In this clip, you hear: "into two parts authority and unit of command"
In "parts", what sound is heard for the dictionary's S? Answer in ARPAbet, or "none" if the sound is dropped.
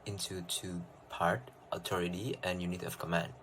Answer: none